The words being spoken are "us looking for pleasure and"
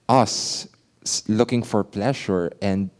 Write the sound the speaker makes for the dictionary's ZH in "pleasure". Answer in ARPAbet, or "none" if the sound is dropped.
SH